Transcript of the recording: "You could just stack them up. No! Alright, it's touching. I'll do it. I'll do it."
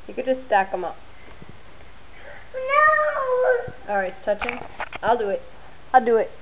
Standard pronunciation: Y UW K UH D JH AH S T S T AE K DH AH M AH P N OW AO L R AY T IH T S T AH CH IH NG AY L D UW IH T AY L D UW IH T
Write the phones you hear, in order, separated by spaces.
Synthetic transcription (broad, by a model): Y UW K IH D JH AH S T S T AE K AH M AH P N OW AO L R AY IH T S T AH CH IH NG AY L D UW IH T AY L D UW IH T